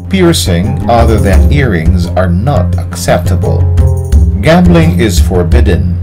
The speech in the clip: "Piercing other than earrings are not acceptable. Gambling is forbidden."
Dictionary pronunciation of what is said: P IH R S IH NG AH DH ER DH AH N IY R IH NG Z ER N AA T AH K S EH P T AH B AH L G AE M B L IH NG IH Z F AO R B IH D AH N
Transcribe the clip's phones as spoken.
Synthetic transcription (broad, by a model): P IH R S IH NG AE DH ER DH AH N IY R IH NG Z ER N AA T AH K S EH P T AH B AH L G AE M B L IH NG IH Z F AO R B IH D N